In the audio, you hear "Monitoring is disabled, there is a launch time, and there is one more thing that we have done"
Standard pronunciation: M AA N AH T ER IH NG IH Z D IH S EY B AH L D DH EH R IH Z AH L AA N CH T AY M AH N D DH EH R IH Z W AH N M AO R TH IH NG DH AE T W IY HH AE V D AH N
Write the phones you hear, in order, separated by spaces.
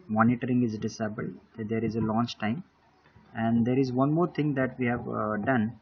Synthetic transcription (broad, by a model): M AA N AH T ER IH NG IH Z D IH S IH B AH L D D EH R IH Z AH L AA N CH T AY M AH N D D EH R IH Z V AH N M AO R T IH NG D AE T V IY HH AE V D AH N